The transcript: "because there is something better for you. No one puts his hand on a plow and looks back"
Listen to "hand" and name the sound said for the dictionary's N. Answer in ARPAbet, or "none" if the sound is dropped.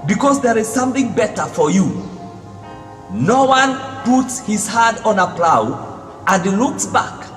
none